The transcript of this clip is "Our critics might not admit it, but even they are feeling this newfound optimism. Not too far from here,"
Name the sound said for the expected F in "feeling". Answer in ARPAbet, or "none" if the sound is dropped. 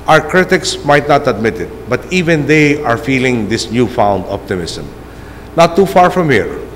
F